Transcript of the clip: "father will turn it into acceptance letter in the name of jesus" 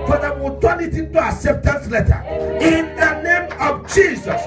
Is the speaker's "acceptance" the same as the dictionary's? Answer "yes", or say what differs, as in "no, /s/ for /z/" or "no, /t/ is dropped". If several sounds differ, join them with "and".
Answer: no, /k/ is dropped